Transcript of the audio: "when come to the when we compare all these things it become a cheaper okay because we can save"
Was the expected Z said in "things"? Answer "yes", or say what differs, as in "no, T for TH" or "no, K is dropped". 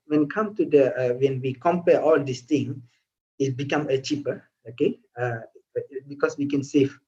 no, Z is dropped